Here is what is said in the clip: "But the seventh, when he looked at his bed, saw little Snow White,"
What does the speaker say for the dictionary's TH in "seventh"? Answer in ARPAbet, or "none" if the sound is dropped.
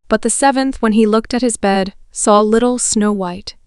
TH